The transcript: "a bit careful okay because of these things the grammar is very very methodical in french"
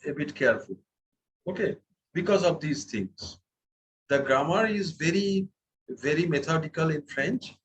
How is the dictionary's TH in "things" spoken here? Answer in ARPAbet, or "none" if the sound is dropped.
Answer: T